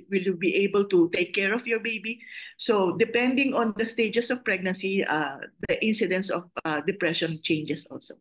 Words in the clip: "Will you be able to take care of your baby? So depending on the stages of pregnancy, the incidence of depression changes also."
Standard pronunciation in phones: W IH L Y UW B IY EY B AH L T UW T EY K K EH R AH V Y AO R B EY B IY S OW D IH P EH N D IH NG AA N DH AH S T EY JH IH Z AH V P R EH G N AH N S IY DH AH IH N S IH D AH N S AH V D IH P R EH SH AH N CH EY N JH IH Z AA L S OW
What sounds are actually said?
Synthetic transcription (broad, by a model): W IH L Y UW B IY EY B AH L T UW T EY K K EH R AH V Y AO R B EY B IY S OW D IH P EH N D IH NG AA N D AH S T EY JH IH S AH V P R EH G N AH N S IY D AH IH N S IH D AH N S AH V D IH P R EH SH AH N CH EY N JH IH S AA L S OW